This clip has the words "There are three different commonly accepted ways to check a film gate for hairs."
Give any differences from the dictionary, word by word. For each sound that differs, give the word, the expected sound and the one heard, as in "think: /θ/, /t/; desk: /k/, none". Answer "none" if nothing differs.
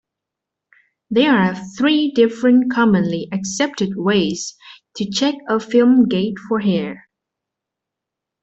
hairs: /z/, none